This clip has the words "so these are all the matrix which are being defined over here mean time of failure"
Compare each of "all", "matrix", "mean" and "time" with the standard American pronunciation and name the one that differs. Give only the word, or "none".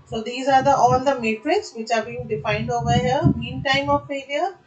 none